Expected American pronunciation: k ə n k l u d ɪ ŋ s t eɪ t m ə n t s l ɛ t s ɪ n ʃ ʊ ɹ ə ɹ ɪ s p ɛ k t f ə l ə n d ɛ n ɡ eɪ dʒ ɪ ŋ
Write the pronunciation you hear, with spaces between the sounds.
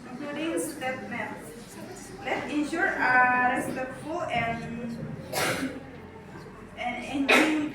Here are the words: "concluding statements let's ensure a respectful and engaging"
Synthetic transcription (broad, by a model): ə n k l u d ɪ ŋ s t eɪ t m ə t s l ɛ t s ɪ n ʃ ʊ ɹ ə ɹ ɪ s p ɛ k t f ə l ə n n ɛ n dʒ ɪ